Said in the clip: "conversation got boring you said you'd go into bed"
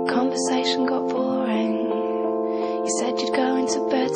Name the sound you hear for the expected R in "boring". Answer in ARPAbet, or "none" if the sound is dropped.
L